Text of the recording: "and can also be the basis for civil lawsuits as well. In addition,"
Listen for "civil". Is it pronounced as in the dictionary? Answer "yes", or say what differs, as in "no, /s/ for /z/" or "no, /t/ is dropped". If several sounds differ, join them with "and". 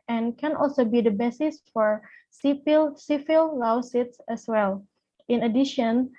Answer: no, /p/ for /v/